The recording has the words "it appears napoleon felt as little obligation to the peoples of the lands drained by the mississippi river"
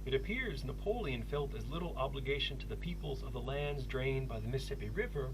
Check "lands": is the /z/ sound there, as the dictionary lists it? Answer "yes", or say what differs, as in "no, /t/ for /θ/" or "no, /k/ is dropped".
yes